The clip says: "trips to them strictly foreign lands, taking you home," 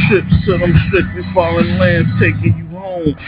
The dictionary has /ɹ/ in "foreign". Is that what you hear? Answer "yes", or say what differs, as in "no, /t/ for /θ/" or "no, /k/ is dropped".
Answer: no, /l/ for /ɹ/